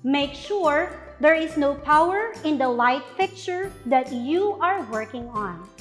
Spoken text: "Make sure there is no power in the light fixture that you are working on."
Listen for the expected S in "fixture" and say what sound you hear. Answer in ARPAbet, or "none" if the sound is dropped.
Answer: none